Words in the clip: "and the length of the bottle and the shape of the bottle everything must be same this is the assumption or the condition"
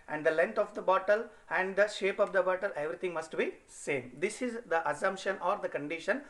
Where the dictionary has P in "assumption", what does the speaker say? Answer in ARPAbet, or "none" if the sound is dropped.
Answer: P